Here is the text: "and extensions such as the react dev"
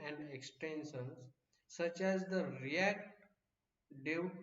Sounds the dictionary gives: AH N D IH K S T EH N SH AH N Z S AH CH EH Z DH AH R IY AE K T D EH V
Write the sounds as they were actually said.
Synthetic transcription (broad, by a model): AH N D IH K S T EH N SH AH N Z S AH CH EH Z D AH R IY AE K T D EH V